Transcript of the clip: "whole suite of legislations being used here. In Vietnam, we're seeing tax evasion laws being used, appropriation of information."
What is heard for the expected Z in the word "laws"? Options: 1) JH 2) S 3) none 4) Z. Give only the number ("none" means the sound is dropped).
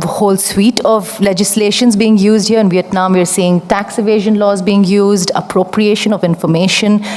4